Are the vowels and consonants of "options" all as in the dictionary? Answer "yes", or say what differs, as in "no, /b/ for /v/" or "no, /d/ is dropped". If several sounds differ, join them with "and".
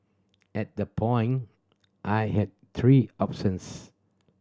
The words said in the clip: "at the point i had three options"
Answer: no, /s/ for /ʃ/ and /s/ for /z/